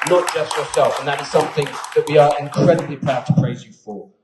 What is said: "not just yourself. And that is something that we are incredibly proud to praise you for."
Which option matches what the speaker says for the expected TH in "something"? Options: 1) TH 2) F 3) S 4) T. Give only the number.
1